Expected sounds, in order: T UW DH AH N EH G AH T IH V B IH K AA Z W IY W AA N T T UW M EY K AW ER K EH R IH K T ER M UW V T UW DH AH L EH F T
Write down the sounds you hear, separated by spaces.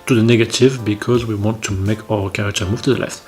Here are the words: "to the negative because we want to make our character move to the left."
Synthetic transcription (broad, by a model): T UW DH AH N EH G AH T IH V B IH K AA Z W IY W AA N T T UW M EY K AW ER K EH R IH K T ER M UW V T UW DH AH L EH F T